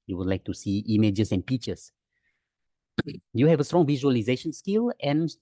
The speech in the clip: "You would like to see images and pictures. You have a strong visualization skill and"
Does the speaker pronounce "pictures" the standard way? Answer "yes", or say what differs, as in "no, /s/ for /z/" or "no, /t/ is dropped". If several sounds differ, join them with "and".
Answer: no, /k/ is dropped and /s/ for /z/